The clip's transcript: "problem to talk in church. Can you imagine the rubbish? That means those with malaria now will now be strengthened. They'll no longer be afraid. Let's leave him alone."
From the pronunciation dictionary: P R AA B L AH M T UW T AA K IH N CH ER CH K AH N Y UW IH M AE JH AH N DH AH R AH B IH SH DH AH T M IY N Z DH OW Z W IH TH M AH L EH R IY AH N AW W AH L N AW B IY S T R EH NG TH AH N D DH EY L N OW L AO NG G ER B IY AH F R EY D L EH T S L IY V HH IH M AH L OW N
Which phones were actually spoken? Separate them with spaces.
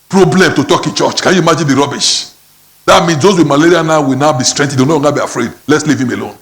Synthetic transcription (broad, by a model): P R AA B L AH M T UW T AA K IH N CH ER CH K AH N Y UW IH M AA JH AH N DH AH R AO B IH SH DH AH T M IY N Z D OW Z W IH M AH L EH R IY AH N AW W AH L N AW B IY S T R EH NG T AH D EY N OW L AO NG G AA B IY AH F R EY D L EH T S L IY V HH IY M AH L OW N